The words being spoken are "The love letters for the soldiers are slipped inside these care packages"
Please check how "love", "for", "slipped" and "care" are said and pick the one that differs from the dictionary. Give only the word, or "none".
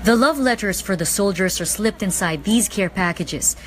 none